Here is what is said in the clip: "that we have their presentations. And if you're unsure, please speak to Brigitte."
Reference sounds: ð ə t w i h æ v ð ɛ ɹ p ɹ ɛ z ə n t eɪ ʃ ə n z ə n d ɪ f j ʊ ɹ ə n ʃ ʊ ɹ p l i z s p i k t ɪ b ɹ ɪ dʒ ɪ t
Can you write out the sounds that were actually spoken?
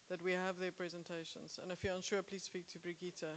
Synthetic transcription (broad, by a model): ð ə t w i h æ v ð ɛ p ɹ ɛ z ə n t eɪ ʃ ə n z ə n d ɪ f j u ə n ʃ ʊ p l i z s p i k t ɪ b ɹ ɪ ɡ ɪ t